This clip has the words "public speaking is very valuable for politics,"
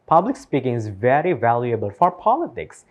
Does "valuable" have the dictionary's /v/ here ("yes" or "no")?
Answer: yes